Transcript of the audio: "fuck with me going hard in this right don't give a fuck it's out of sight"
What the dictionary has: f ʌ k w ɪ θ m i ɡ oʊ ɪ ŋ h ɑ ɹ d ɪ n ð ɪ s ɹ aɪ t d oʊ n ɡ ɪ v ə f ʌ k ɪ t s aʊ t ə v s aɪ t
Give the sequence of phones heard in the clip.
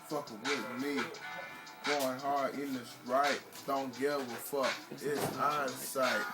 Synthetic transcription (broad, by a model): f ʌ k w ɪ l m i ɡ oʊ ɪ ŋ h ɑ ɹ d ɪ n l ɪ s ɹ aɪ t d oʊ n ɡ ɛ w ə f ʌ k ɪ t s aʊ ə s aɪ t